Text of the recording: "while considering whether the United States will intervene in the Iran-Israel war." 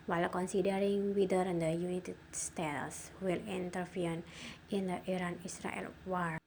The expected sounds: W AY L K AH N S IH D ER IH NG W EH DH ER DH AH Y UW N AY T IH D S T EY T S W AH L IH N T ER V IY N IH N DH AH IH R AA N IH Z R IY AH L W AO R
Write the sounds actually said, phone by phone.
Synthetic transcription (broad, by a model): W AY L K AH N S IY D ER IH NG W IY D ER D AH Y UW N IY T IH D S T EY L S W AH L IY N T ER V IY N IH N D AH IH R AA N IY S R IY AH L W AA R